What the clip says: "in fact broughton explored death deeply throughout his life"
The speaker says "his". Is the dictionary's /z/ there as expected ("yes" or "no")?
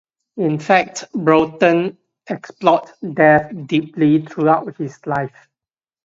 no